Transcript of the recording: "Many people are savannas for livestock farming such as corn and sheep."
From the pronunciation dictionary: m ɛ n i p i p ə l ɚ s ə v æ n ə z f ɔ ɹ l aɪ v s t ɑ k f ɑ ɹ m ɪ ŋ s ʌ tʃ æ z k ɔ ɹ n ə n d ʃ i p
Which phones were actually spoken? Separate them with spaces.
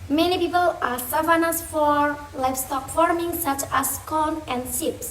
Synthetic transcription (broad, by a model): m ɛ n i p i p ə l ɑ s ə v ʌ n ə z f ɔ ɹ l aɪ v s t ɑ k f ɑ ɹ m ɪ ŋ s ʌ tʃ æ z k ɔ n ə n d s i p